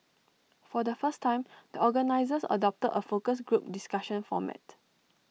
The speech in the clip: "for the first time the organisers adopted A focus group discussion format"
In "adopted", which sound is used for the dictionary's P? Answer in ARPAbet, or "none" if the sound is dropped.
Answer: P